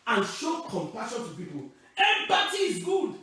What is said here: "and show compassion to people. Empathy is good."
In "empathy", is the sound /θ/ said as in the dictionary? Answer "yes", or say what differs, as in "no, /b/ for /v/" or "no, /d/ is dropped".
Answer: no, /t/ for /θ/